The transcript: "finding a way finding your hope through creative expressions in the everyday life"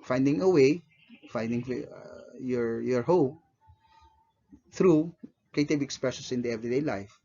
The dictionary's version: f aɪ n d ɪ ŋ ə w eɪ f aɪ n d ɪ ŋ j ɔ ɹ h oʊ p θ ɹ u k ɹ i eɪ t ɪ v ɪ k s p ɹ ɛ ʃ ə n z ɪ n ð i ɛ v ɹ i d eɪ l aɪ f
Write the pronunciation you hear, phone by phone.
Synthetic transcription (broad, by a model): f aɪ n d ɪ ŋ ə w eɪ f aɪ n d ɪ ŋ j ɔ ɹ h oʊ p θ ɹ u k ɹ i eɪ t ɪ b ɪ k s p ɹ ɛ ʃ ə n s ɪ n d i ɛ v ɹ i d eɪ l aɪ f